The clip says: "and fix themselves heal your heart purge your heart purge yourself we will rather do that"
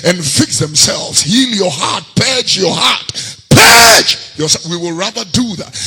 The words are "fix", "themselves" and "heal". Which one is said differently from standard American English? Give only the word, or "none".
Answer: none